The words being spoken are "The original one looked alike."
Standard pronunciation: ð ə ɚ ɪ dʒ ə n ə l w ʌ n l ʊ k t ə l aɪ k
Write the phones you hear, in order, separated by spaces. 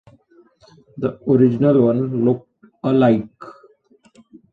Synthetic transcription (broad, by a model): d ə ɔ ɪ dʒ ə n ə l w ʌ n l ʊ k t ə l aɪ k